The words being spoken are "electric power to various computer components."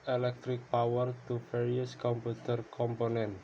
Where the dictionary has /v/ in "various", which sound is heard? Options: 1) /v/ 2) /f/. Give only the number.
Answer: 2